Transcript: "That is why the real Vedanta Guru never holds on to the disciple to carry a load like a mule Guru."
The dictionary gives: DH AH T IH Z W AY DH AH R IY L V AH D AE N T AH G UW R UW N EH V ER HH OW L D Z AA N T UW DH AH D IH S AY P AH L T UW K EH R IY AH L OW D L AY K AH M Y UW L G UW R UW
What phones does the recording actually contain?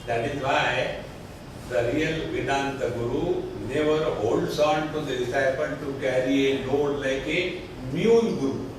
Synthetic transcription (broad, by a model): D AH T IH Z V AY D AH R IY L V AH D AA N T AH G UW R UW N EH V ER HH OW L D S AA N T UW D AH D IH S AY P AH N T UW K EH R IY AH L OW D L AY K AH M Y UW N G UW R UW